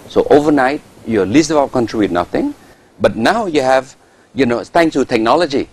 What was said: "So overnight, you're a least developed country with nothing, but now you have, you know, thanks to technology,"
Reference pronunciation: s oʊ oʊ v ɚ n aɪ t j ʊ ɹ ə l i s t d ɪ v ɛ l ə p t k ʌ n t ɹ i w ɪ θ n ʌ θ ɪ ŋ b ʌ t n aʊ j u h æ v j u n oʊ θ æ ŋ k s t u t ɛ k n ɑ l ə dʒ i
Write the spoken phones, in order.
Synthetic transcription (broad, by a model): s oʊ oʊ v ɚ n aɪ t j ə l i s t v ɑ ə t k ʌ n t ɹ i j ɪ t n ʌ θ ɪ ŋ b ʌ t n aʊ j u h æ v j u n oʊ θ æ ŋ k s t u t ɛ k n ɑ l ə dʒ i